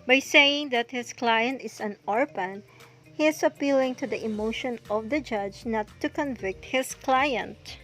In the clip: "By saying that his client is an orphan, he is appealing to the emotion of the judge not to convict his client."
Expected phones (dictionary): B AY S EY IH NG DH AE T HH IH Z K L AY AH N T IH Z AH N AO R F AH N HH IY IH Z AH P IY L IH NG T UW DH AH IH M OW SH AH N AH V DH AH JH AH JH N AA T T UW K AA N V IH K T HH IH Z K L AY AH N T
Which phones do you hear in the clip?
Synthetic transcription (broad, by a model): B AY S EY IH NG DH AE T HH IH S K L AY AH N T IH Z AH N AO R P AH N HH IY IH S AH P IY L IH NG T UW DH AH IH M OW SH AH N AH V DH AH JH AH JH N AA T T UW K AA N V IH K T HH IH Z K L AY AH N T